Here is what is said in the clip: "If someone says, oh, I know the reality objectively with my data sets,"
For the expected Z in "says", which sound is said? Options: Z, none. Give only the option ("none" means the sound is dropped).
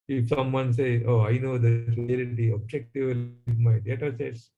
none